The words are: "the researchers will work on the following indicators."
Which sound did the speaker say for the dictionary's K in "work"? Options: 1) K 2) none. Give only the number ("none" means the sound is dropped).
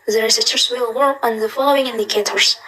2